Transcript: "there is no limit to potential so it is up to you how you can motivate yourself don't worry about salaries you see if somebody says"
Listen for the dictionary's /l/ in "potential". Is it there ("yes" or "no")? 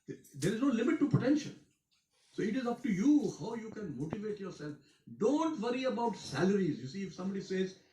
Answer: no